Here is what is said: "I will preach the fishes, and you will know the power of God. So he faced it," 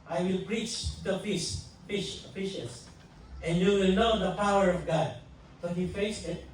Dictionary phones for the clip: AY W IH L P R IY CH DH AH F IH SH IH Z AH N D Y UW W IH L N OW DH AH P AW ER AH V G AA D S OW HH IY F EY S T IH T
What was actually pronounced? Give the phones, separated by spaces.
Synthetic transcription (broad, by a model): AY W IH L P R IY CH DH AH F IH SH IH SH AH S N Y UW W IH L N OW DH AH P AW ER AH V G AA D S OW HH IY F EY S IH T